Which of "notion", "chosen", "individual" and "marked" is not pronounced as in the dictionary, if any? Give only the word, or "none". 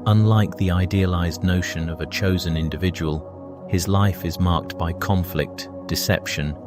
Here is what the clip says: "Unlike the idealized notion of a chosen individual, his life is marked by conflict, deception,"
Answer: none